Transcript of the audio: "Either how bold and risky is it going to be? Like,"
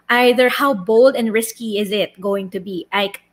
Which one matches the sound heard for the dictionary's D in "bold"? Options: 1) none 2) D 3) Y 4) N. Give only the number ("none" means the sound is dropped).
2